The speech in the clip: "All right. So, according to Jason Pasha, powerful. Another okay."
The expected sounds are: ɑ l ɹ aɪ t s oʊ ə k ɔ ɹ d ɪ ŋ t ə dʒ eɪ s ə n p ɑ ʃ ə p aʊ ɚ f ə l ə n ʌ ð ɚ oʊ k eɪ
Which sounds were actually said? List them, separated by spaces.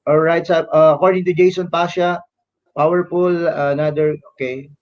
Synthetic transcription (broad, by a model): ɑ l ɹ aɪ t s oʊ ə k ɔ ɹ d ɪ ŋ t ə dʒ eɪ s ə n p ɑ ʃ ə p aʊ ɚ p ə l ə n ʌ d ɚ oʊ k eɪ